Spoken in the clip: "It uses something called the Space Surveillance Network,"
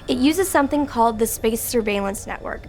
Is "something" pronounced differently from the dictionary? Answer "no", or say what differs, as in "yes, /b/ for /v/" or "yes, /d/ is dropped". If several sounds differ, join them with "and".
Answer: no